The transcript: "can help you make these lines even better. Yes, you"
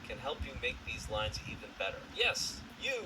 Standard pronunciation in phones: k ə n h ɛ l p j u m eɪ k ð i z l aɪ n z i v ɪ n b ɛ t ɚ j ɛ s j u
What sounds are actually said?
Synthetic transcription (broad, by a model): k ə n h ɛ l p j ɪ m eɪ k ð i z l aɪ n z i v ɪ n b ɛ t ɚ j ɛ s j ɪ